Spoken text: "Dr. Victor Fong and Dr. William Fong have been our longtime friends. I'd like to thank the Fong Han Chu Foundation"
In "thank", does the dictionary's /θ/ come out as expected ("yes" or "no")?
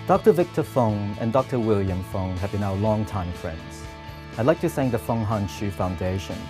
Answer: no